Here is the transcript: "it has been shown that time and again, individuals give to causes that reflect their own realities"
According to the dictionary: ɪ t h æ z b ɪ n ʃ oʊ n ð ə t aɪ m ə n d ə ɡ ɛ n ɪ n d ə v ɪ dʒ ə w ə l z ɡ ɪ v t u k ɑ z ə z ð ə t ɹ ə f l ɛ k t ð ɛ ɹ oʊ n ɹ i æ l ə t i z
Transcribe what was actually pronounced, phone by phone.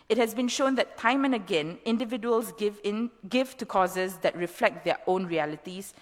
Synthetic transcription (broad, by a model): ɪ t h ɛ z b ɪ n ʃ oʊ n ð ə t aɪ m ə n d ə ɡ ɛ n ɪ n d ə v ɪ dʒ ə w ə l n ɡ ɪ v t u k ɑ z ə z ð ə t ɹ ə f l ɛ k t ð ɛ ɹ oʊ n ɹ i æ l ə t i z